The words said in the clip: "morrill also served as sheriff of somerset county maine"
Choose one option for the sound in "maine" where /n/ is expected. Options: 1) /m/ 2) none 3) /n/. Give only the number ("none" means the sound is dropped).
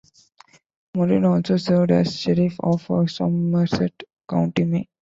2